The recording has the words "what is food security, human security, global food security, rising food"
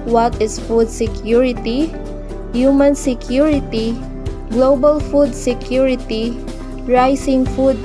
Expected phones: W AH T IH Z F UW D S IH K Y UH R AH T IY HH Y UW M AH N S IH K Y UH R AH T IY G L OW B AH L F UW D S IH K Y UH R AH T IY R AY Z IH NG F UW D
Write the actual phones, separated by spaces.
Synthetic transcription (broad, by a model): W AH T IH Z F UW D S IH K Y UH R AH T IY HH Y UW M AH N S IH K Y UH R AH T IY G L OW B AH L F UW D S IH K Y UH R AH T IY R AY S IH NG F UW D